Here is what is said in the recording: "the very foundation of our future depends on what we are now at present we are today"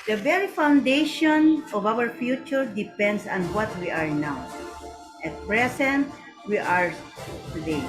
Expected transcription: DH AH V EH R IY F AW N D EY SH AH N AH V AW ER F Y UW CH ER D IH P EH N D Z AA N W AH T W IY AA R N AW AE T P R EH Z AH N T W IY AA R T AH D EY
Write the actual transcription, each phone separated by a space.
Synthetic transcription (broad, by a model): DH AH V EH R IY F AW N D EY SH AH N AH V AW ER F Y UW CH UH D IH P EH N D S AA N W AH T W IY AA R N AW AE T P R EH S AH N T W IY AA R T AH D EY